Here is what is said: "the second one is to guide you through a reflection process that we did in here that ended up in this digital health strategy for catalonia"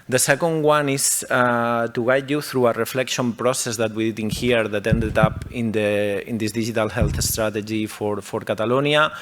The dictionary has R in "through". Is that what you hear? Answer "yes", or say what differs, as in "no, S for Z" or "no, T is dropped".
yes